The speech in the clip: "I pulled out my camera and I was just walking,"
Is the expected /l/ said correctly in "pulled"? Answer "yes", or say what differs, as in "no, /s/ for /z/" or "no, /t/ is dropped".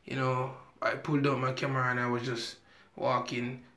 yes